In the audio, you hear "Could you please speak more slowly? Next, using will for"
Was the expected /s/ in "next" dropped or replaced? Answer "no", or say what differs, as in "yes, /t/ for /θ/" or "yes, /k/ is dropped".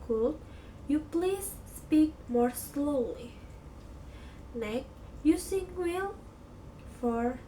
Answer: yes, /s/ is dropped